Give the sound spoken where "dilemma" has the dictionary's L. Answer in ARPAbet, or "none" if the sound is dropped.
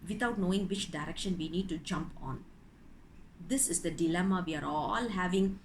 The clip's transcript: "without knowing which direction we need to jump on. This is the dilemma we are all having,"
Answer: L